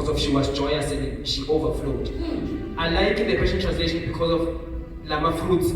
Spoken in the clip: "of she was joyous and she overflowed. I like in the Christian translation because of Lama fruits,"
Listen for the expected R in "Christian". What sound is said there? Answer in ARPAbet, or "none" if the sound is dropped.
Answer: W